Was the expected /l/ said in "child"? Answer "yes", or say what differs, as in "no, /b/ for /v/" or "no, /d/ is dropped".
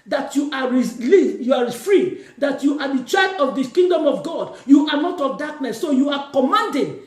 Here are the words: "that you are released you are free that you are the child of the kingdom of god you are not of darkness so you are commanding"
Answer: no, /l/ is dropped